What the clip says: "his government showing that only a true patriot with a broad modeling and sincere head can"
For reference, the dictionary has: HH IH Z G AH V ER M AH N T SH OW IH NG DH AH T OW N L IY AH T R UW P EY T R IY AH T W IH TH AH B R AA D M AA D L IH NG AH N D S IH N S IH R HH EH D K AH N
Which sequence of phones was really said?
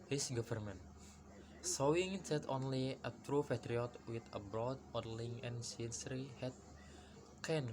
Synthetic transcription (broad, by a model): HH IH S G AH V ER M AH N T S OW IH NG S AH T OW N L IY AH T R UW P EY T R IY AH T W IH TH AH B R AA D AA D L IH NG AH N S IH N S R HH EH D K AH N